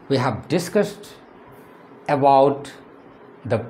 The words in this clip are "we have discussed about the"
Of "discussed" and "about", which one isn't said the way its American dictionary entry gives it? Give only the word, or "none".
none